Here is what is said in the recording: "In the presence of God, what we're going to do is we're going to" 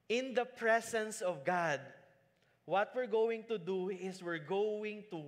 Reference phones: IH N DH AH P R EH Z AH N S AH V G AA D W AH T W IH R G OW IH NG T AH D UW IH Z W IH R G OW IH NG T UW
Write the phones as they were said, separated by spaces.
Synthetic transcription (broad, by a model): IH N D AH P R EH S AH N S AH V G AA D W AH T W IH R G OW IH NG T AH D UW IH S W IH R G OW IH NG T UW